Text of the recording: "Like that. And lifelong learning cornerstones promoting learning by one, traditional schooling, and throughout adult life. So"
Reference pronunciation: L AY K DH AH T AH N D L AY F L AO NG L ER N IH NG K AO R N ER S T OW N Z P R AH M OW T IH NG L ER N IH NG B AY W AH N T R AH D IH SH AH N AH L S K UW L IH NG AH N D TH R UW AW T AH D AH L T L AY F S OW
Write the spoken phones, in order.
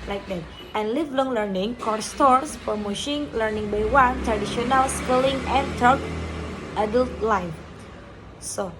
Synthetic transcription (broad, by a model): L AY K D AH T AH N L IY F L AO NG L ER N IH NG K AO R S T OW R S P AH M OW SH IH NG L ER N IH NG B AY W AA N T R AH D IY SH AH N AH L S K UW L IH NG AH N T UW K T AH D AH L T L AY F S OW